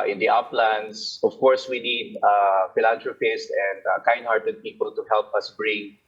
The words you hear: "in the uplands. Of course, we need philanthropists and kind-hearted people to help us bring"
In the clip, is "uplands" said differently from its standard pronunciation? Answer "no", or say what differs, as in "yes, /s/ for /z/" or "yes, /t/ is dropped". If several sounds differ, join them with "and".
yes, /s/ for /z/